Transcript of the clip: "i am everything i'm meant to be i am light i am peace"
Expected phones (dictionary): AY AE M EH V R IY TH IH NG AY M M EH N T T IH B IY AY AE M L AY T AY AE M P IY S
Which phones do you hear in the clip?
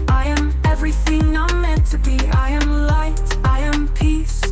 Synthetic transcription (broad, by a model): AY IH M EH V R IY TH IH NG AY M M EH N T T IH B IY AY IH M L AY T AY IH M P IY S